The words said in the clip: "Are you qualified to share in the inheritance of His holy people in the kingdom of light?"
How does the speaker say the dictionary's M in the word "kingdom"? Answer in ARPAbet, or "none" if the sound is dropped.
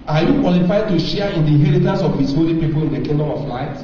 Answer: none